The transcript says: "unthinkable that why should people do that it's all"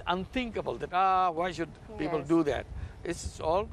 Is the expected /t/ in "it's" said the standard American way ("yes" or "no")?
no